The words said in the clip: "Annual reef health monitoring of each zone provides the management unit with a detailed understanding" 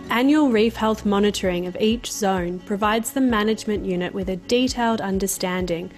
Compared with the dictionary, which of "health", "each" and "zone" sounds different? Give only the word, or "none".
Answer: none